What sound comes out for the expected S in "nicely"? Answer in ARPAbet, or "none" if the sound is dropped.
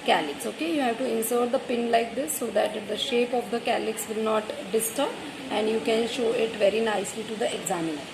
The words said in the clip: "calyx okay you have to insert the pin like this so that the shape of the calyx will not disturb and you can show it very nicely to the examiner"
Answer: S